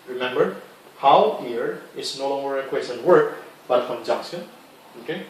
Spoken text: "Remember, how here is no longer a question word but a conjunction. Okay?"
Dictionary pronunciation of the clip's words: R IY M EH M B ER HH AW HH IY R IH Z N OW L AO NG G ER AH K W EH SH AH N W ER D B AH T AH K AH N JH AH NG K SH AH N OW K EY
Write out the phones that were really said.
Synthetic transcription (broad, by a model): R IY M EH M B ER HH AW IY R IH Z N OW L AO NG G ER AH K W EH S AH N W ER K B AH T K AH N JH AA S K AH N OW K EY